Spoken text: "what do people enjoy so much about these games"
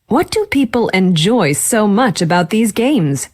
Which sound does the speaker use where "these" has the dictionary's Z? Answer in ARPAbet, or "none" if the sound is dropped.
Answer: Z